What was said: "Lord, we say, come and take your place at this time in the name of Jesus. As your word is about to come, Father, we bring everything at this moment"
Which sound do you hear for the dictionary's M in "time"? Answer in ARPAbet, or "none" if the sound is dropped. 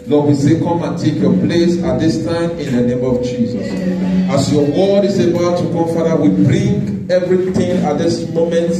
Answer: M